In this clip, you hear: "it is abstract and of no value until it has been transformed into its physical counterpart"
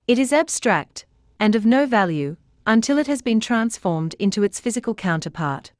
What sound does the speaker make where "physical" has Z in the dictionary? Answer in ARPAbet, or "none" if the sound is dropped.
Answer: Z